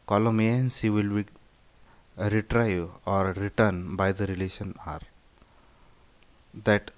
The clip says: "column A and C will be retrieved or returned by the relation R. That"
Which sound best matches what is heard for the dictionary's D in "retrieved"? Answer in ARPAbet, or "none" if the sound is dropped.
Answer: none